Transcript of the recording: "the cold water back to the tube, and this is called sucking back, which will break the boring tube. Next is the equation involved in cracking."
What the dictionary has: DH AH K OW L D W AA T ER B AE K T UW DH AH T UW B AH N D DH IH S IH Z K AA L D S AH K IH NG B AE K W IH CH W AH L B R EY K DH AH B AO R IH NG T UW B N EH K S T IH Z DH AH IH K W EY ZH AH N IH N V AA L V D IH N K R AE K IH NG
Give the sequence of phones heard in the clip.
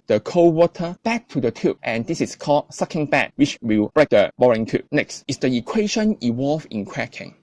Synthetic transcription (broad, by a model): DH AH K OW W AA T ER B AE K T UW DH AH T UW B AH N D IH S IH S K AA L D S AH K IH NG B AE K W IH CH W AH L B R EY K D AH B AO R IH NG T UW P N EH K S T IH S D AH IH K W EY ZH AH N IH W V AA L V IH N K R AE K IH NG